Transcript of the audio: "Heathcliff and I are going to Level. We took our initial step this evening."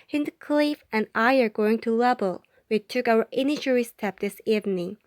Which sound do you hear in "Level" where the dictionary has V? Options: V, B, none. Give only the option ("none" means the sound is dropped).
B